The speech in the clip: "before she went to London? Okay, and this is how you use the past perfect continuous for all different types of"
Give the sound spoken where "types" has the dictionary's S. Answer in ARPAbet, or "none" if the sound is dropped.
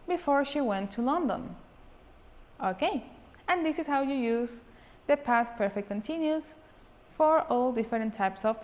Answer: S